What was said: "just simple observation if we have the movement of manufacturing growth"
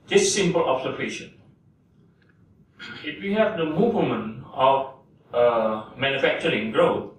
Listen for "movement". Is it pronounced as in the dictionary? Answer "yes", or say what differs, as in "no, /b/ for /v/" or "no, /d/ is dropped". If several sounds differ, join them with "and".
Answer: no, /t/ is dropped